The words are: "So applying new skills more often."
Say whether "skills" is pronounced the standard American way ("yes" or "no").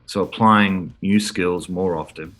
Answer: yes